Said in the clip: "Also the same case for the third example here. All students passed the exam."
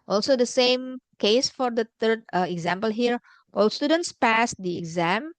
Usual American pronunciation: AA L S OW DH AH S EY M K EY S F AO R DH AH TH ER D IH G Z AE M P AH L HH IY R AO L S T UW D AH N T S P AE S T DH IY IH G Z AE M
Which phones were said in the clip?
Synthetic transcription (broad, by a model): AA L S OW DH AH S EY M K EY S F AO R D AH T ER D IH G Z AE M P AH L HH IY R AO L S T UW D AH N T S P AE S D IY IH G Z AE M